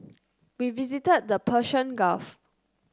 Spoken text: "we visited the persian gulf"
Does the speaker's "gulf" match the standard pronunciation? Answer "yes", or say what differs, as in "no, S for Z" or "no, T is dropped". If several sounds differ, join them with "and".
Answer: no, L is dropped